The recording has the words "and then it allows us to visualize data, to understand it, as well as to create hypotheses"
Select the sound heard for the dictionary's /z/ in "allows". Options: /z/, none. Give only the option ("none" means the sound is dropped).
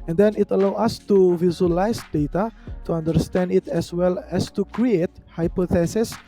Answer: none